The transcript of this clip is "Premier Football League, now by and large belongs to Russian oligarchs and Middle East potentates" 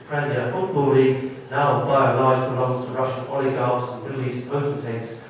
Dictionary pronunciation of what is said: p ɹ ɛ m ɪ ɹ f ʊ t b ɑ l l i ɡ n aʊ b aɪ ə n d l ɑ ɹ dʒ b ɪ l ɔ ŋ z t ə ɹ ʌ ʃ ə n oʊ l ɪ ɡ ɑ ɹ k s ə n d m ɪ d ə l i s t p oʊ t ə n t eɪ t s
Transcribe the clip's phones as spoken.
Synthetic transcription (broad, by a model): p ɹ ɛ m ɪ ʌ f ʊ t b ɑ l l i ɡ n aʊ b aɪ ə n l ɑ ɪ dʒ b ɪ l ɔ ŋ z t ə ɹ ʌ ʃ ə n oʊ l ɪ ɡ ɑ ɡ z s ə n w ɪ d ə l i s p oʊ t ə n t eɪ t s